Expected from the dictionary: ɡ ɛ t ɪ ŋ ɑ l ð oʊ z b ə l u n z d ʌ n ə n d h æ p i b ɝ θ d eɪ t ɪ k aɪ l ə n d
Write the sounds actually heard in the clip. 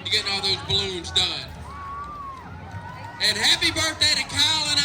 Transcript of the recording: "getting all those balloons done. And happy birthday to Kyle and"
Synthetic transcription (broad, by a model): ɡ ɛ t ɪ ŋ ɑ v ð oʊ z b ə l u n z d ʌ n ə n h æ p i b ɝ θ d eɪ t ɪ k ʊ l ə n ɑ